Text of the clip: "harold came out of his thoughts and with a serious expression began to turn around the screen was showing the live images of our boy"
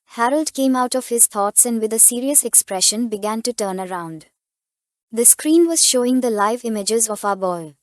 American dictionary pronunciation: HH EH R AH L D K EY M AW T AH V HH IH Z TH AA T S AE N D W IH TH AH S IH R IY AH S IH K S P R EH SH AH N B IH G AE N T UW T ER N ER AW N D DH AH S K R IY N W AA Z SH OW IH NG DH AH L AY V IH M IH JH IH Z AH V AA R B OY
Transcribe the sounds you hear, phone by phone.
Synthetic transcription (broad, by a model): HH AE R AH L D K EY M AW T AH V HH IH Z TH AA T S AE N D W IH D AH S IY R IY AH S IH K S P R EH SH AH N B IH G AE N T UW T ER N ER AW N D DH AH S K R IY N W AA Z SH OW IH NG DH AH L AY V IH M IH JH IH Z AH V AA B OY